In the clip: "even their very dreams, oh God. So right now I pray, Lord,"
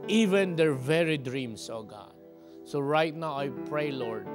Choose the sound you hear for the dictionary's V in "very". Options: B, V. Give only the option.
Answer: V